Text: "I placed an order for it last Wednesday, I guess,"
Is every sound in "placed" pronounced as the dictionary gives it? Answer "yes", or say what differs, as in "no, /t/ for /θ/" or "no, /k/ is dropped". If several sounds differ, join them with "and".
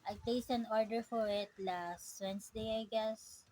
no, /t/ is dropped